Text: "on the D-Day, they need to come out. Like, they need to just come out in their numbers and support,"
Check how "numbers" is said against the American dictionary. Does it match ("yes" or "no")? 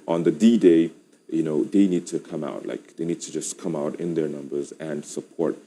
yes